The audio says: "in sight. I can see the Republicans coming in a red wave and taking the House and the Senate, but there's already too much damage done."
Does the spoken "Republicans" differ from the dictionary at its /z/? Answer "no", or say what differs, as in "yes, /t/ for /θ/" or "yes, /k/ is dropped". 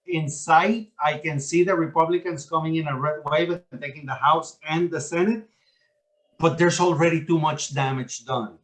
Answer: yes, /s/ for /z/